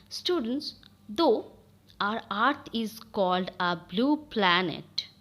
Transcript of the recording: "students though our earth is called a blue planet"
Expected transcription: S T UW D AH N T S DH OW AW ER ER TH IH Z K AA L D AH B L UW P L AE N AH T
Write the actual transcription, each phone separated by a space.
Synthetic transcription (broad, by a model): S T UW D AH N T S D OW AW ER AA T IH Z K AA L D AH B L UW P L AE N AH T